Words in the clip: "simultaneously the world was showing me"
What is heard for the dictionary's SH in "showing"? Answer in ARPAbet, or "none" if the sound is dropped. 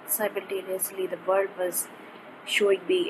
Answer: SH